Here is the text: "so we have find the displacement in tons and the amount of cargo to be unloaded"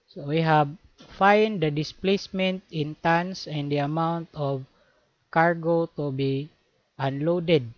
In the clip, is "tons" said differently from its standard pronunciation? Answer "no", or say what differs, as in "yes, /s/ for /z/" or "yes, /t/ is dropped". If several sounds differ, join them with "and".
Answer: yes, /s/ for /z/